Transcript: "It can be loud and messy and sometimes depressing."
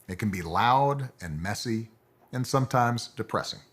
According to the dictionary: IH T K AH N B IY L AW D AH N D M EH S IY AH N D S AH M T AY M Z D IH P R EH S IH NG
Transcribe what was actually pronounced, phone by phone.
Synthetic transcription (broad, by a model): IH T K AH N B IY L AW D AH N M EH S IY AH N S AH M T AY M Z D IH P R EH S IH NG